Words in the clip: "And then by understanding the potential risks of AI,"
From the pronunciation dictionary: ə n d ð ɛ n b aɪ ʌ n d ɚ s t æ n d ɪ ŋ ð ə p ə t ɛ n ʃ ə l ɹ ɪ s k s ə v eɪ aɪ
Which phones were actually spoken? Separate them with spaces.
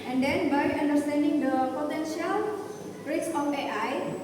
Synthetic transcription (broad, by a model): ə n d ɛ n b aɪ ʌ n d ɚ s t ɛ n d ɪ ŋ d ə p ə t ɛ n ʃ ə l ɹ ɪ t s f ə p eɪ aɪ